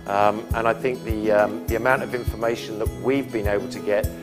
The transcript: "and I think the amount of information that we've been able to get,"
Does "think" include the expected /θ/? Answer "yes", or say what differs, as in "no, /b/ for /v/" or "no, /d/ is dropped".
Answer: yes